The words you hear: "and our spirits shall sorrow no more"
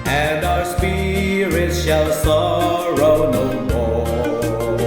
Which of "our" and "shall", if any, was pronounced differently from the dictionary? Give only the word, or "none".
none